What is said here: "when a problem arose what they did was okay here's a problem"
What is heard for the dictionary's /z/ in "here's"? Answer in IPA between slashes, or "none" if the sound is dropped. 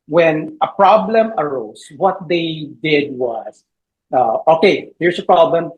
/s/